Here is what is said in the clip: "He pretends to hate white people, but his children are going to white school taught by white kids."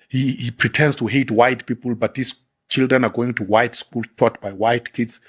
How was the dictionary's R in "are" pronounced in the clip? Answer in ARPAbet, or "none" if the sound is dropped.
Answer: R